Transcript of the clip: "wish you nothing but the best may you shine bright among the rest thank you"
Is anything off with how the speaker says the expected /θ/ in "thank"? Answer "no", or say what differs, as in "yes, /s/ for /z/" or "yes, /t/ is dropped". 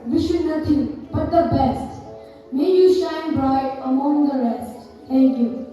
yes, /t/ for /θ/